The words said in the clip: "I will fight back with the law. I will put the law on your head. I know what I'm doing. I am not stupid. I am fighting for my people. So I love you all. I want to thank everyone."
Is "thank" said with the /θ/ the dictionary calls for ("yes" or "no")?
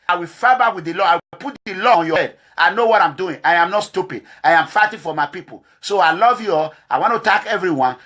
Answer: no